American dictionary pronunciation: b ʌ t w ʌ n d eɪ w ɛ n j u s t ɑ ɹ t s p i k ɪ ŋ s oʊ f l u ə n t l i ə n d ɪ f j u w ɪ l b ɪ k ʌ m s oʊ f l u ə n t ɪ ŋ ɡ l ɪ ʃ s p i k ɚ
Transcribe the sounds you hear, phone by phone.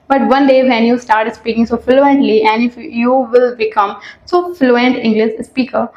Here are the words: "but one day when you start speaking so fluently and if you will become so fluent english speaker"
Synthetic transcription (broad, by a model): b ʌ t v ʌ n d eɪ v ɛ n j u s t ɑ ɹ t s p i k ɪ ŋ s oʊ f l u ə n t l i ə n d ɪ f j u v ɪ l b ɪ k ʌ m s oʊ f l u ə n t ɪ ŋ ɡ l ɪ ʃ s p i k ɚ